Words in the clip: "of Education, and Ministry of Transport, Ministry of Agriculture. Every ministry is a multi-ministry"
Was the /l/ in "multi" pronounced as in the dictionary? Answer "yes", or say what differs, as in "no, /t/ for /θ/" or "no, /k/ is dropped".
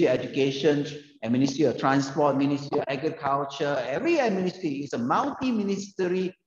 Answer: no, /w/ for /l/